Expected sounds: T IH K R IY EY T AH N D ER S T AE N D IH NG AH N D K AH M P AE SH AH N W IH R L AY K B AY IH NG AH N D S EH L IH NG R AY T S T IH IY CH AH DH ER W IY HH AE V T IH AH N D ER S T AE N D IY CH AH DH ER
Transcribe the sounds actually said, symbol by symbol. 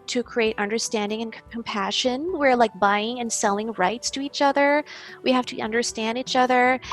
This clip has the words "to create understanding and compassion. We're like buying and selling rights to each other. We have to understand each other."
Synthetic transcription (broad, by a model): T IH K R IY EY T AH N D ER S T AE N D IH NG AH N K K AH M P AE SH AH N W IH R L AY K B AY IH NG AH N S EH L IH NG R AY T S T IH IY CH AH DH ER W IY HH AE F T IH AH N D ER S T AE N D IY CH AH DH ER